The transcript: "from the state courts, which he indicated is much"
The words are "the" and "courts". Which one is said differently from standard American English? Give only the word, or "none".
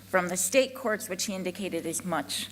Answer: none